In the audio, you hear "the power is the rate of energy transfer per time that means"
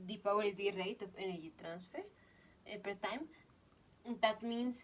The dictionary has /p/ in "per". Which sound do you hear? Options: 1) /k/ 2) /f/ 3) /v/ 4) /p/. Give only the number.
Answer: 4